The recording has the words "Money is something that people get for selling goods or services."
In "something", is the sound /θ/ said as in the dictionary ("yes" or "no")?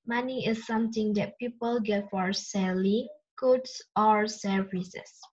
no